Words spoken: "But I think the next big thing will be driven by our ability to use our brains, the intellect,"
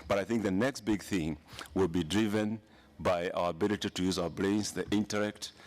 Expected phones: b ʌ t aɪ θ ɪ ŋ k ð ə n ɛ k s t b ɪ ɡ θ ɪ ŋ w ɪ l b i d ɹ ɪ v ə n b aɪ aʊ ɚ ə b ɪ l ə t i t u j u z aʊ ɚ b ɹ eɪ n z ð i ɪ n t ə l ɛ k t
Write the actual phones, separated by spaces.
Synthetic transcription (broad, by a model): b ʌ t aɪ θ ɪ ŋ k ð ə n ɛ k s t b ɪ ɡ θ ɪ ŋ w ɪ l b i d ɹ ɪ v ə n b aɪ aʊ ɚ ə b ɪ l ə t i t u j u z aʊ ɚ b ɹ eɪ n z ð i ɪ n t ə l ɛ k t